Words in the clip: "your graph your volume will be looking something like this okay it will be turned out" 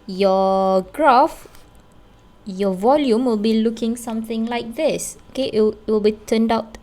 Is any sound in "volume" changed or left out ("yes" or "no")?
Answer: no